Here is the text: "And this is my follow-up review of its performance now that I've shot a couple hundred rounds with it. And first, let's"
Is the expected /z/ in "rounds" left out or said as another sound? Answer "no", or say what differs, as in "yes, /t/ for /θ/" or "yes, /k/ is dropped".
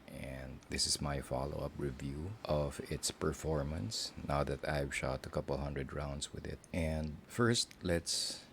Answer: yes, /s/ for /z/